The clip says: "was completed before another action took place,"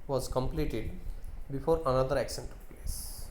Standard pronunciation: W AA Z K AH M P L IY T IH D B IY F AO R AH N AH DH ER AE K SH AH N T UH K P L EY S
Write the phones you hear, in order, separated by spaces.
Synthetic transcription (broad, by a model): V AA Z K AH M P L IY T IH D B IY F AO R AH N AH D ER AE K S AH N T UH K P L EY S